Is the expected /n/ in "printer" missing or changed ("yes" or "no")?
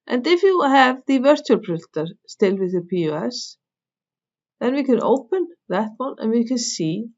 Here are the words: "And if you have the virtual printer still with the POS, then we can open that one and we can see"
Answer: yes